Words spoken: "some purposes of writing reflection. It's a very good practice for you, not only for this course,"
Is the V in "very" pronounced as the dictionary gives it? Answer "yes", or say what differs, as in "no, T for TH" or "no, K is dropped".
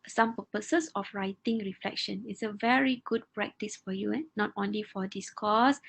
yes